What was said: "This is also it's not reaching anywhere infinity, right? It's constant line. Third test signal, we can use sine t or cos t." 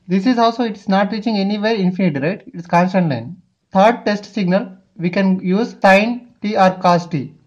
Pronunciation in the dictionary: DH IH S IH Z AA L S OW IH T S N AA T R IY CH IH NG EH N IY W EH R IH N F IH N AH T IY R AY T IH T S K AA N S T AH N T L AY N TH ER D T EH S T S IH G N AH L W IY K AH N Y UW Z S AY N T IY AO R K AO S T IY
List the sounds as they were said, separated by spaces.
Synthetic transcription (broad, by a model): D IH S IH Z AA L S OW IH T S N AA T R IY CH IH NG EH N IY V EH R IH N F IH N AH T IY R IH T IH T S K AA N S T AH N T L AY N T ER D T EH S T S IH G N AH L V IY K AH N Y UW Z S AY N T IY AO R K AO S T IY